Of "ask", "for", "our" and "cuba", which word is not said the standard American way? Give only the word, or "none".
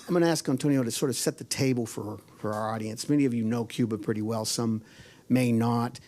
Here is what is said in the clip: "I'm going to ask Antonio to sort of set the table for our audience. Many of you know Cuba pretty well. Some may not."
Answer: none